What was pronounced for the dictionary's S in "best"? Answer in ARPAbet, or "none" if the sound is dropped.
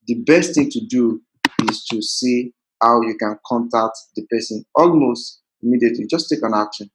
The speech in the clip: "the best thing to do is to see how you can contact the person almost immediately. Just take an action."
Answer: S